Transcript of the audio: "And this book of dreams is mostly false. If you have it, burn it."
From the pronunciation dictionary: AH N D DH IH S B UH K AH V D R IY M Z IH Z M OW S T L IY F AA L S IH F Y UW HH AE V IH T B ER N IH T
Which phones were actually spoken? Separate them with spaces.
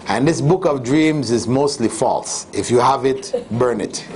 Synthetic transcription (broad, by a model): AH N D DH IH S B UH K AH V D R IY M Z IH Z M OW S T L IY F AA L S IH F Y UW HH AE V IH T B ER N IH T